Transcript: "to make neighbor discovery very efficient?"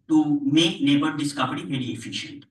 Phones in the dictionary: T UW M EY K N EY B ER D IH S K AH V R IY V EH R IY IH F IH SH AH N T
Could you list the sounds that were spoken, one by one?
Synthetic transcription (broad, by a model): T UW M EY K L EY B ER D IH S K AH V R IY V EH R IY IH F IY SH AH N T